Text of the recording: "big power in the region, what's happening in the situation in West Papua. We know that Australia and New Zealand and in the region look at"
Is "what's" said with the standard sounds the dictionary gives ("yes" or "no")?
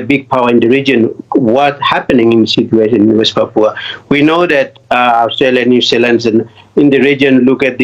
no